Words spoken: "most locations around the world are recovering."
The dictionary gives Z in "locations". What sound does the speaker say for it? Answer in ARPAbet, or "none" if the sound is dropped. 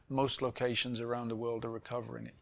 Z